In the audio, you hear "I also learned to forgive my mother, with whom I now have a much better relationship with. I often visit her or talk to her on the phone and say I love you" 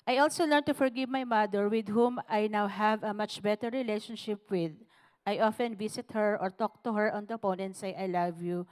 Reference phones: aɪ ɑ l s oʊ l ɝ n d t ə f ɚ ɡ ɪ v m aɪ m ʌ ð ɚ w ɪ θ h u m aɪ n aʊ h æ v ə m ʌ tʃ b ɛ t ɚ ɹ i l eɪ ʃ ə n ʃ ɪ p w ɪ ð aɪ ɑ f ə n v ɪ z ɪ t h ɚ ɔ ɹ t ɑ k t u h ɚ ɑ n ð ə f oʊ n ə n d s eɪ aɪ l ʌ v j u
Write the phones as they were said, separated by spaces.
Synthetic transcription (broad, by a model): aɪ ɑ l s oʊ l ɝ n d t ə f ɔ ɡ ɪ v m aɪ m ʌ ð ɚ w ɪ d h u m aɪ n aʊ h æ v ə m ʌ tʃ b ɛ t ɚ ɹ i l eɪ ʃ ə n ʃ ɪ p w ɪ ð aɪ ɑ f ə n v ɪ s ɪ t h ɚ ɔ ɹ t ɑ k t u h ɚ ɑ n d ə p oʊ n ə n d s eɪ aɪ l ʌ v j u